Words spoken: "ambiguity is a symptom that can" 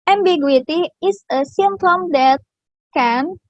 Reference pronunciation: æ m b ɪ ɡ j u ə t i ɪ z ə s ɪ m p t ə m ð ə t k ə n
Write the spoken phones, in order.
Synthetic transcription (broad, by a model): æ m b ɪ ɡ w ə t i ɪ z ə s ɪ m t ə m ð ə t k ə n